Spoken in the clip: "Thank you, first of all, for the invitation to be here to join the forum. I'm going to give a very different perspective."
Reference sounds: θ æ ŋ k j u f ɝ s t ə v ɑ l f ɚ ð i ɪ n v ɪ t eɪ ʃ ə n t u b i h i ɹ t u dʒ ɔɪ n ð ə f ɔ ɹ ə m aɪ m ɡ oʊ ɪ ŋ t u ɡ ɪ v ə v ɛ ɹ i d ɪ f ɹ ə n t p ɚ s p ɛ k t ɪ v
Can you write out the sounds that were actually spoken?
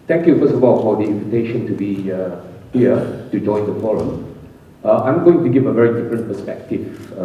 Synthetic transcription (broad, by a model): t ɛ ŋ k j u f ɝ s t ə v ɑ l f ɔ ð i ɪ n v ɪ t eɪ ʃ ə n t u b i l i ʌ t u dʒ ɔɪ n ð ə f ɔ ɹ ə m aɪ m ɡ oʊ ɪ ŋ t u ɡ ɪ v ə v ɛ ɹ i d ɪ f ɹ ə n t p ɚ s p ɛ k t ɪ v